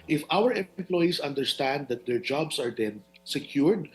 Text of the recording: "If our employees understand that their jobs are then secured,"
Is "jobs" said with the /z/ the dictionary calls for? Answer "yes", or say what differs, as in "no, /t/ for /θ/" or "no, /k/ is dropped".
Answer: no, /s/ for /z/